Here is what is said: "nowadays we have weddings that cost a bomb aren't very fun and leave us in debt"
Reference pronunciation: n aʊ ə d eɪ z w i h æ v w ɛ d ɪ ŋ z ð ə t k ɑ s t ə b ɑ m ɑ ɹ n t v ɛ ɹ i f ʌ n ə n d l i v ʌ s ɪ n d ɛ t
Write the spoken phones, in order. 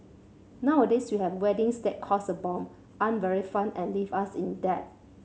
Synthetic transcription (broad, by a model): n aʊ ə d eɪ s w i h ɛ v w ɛ d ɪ ŋ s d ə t k ɑ s ə b ɑ m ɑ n v ɛ ɹ i f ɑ n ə n l i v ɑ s ɪ n d ɛ t